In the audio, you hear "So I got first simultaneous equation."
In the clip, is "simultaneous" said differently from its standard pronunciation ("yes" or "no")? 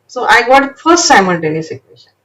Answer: yes